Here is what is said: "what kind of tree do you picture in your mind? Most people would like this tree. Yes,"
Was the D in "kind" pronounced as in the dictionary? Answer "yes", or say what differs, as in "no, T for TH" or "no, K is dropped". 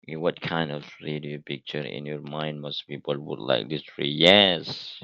yes